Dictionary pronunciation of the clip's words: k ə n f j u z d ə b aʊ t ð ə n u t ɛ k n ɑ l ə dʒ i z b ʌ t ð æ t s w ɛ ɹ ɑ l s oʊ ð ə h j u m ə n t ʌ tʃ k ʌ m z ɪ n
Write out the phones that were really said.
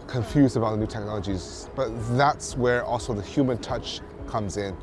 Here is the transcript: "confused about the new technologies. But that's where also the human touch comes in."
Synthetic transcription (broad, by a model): k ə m f j u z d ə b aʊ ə n u t ɛ k n ɑ l ə dʒ i z b ʌ t ð æ t s w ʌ ɹ ɑ l s oʊ ð ə h j u m ə n t ʌ tʃ k ʌ m z ɪ n